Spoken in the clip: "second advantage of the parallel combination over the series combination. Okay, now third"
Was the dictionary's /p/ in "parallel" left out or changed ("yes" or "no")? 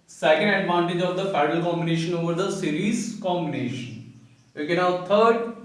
yes